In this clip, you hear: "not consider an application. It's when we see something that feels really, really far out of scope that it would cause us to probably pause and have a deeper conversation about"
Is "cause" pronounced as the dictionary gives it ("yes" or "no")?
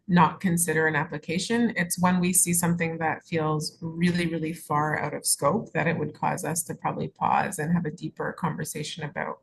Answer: yes